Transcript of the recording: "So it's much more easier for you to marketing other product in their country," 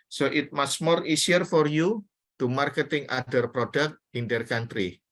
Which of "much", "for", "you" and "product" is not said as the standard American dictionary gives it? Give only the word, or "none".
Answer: much